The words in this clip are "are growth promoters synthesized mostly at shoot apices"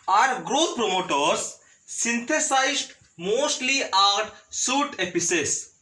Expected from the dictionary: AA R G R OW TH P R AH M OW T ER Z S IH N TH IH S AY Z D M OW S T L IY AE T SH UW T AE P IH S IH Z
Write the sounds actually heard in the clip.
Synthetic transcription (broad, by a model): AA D G R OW T P R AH M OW T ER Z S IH N T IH S AY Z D M OW S T L IY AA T S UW T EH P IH S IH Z